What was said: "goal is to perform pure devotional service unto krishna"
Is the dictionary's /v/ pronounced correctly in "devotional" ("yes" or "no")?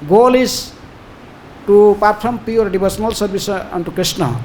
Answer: no